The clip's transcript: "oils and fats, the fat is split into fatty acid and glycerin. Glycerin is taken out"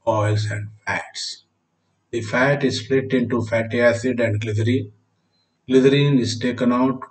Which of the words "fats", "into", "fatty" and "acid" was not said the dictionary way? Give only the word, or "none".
none